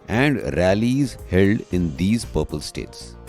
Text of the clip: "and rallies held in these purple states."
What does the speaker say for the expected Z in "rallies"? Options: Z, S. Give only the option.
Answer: Z